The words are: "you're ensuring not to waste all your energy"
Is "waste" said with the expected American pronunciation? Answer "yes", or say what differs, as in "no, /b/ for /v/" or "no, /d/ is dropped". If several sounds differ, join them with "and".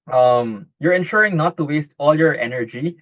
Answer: yes